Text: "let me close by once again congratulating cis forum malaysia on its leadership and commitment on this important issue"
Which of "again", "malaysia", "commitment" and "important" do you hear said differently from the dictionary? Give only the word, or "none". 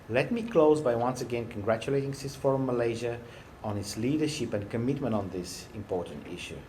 none